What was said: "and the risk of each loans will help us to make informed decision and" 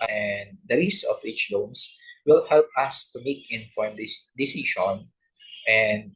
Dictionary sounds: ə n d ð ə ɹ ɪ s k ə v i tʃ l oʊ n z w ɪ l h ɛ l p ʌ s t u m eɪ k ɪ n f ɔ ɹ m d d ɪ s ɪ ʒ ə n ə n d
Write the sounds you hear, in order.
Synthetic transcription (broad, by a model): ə n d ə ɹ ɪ s ə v i tʃ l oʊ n s w ɪ l h ɛ l p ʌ s t u m eɪ k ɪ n f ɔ ɹ m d d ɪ s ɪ ʃ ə n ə n d